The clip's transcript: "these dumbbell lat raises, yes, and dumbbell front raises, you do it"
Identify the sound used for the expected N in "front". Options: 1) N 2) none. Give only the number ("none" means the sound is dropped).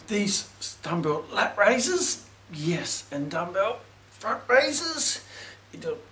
1